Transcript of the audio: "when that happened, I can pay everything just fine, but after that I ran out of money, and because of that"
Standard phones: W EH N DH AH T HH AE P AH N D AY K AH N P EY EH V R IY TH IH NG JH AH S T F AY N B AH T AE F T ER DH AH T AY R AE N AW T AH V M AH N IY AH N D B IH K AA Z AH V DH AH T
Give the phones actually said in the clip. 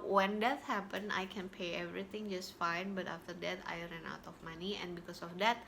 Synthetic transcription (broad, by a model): W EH N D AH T HH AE P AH N AY K AH N P EY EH V R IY T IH NG JH AH S T F AY N B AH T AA F T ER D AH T AY R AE N AW T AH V M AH N IY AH N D B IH K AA S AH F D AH T